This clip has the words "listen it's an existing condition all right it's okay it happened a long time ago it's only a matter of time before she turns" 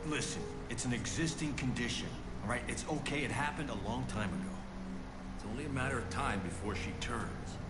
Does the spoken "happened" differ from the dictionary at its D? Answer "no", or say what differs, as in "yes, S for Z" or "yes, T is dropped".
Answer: no